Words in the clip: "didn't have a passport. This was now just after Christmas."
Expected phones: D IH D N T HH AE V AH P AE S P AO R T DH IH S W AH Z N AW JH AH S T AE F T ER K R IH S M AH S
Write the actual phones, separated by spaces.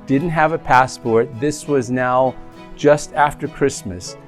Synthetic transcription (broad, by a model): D IH D N T HH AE V AH P AE S P AO R T DH IH S W AH Z N AW JH AH S T AE F T ER K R IH S M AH S